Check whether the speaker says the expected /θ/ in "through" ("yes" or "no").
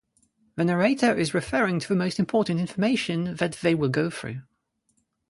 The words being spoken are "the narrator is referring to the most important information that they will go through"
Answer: yes